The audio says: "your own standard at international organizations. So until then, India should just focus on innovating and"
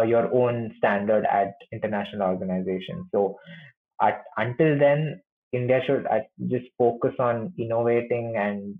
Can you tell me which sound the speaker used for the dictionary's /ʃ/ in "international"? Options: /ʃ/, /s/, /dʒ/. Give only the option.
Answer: /ʃ/